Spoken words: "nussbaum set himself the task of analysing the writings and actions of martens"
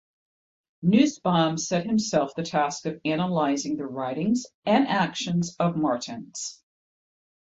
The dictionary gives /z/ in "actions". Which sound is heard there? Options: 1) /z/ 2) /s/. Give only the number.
1